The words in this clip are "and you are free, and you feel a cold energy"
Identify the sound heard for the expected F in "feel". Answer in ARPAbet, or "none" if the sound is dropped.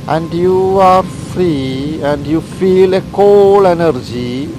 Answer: F